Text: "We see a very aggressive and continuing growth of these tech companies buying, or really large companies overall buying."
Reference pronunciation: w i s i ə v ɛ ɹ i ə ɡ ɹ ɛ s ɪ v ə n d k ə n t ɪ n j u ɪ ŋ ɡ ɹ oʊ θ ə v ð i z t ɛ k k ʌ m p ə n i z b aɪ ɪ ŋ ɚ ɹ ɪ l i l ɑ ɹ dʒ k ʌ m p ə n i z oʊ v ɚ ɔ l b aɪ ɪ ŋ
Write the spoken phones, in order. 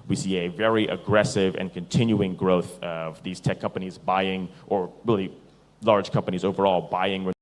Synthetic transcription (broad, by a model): w i s i ə v ɛ ɹ i ə ɡ ɹ ɛ s ɪ v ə n k ə n t ɪ n j u ɪ ŋ ɡ ɹ oʊ θ ə v ð i z t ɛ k k ʌ m p ə n i z b aɪ ɪ ŋ ɚ ɹ ɪ l i l ɑ ɹ dʒ k ʌ m p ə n i z oʊ v ɚ ɔ l b aɪ ɪ ŋ